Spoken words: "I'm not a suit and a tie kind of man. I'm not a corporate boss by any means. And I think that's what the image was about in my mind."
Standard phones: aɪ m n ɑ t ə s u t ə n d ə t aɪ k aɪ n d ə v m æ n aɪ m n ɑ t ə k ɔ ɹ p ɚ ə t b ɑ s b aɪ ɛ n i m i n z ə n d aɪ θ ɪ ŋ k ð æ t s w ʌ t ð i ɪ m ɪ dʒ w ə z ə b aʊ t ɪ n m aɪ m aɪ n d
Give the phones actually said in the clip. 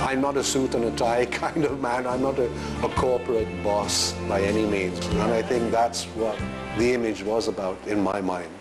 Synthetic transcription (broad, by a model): aɪ m n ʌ t ə s u t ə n ə t aɪ k aɪ n d ə v m æ n aɪ m n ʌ t ə k ɔ ɹ p ɚ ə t b ɑ s b aɪ ɛ n i m i n z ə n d aɪ θ ɪ ŋ k ð æ t s w ʌ t ð i ɪ m ɪ dʒ w ə z ə b aʊ t ɪ n m aɪ m aɪ n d